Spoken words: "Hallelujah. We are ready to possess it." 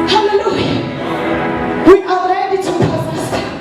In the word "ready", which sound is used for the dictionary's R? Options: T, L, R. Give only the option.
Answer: L